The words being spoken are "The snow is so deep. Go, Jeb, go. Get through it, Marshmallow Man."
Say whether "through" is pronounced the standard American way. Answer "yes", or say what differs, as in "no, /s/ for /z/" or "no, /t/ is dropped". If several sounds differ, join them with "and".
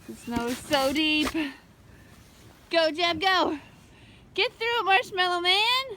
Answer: yes